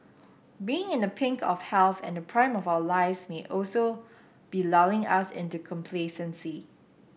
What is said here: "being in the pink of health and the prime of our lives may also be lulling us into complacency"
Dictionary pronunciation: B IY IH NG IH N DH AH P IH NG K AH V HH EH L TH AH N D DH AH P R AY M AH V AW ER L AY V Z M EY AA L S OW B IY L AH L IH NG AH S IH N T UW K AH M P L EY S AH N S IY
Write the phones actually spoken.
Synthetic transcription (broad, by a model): B IY IH NG IH N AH P IH NG K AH F HH EH L TH AH N D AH P R AY M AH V AW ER L AY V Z M EY AA L S OW B IY L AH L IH NG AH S IH N T UW K AH M P L EY S AH N S IY